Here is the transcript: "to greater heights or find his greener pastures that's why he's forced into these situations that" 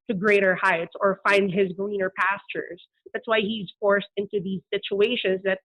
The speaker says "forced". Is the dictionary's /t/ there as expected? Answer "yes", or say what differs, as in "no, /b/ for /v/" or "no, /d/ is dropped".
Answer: yes